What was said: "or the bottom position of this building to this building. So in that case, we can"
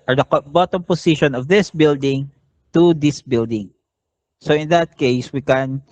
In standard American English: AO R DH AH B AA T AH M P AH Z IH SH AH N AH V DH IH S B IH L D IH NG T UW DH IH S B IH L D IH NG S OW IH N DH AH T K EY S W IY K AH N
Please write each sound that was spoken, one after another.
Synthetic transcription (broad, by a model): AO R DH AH B AA T AH M P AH S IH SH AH N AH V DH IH S B IH L D IH NG T UW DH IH S B IH L D IH NG S OW IH N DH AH T K EY S W IY K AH N